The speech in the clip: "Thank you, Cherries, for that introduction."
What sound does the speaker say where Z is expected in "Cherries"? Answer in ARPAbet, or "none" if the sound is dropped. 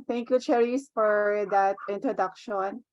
S